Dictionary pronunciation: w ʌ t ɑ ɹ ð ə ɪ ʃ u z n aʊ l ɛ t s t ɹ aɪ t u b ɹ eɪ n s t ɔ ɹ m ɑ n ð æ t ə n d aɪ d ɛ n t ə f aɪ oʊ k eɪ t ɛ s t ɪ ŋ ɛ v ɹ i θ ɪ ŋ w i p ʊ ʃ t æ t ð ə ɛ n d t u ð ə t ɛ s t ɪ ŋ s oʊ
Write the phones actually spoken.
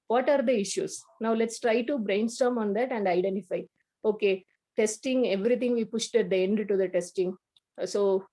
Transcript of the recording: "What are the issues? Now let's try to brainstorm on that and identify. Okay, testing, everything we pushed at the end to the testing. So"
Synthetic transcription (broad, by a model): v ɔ t ɑ ɹ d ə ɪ ʃ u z n aʊ l ɛ t s t ɹ aɪ t u b ɹ eɪ n s t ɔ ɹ m ɑ n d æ t ə n d aɪ d ɛ n t ə f aɪ oʊ k eɪ t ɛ s t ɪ ŋ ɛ v ɹ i t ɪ ŋ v i p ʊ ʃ t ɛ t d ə ɛ n d t u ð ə t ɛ s t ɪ ŋ s oʊ